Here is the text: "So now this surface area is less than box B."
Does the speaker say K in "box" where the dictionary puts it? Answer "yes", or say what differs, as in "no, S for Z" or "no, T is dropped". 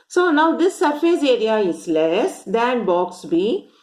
yes